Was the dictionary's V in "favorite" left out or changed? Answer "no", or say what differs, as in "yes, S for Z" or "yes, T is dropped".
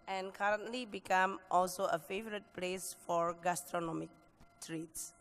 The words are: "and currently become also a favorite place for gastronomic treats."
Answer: no